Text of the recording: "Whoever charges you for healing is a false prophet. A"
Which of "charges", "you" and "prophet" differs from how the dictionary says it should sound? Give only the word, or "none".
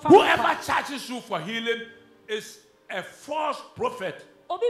charges